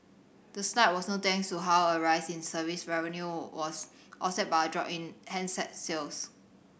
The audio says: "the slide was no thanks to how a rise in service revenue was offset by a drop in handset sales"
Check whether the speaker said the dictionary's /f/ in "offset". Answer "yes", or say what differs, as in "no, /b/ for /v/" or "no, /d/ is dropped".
no, /f/ is dropped